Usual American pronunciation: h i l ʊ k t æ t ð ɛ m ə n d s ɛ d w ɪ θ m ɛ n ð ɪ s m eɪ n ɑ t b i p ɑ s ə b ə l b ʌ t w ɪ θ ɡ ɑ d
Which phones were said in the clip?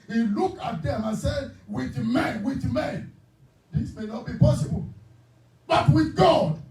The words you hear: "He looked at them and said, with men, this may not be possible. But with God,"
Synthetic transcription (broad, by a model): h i l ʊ k ɑ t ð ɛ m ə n s ɛ d w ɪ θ m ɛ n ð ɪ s m eɪ n ɑ t b i p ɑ s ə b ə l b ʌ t w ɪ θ ɡ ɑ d